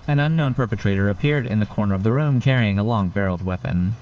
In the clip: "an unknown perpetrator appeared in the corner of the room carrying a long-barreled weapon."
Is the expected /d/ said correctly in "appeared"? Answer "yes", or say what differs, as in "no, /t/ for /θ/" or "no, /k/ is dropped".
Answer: yes